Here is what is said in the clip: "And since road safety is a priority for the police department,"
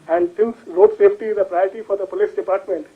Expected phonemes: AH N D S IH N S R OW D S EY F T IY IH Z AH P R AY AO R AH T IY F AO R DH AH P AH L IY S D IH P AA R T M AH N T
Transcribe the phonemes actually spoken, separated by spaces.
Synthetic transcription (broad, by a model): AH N D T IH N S L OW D S EY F T IY IH Z AH P R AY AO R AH T IY F AO R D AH P AH L IY S D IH P AA R T M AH N T